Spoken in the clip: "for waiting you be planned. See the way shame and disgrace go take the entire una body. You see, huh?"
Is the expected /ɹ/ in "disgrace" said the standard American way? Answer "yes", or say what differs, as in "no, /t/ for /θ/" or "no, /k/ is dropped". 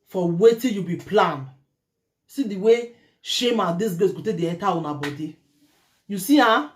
no, /ɹ/ is dropped